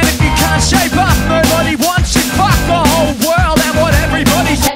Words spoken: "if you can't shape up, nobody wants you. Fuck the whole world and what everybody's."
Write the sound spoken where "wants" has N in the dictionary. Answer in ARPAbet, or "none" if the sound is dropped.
N